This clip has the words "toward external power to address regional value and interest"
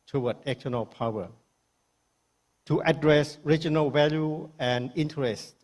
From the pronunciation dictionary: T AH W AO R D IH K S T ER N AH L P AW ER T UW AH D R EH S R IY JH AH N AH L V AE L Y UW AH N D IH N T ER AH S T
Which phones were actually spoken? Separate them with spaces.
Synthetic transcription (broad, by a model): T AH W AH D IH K T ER N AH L P AW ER T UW AH D R EH S R IY JH AH N AH L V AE L Y UW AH N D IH N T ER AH S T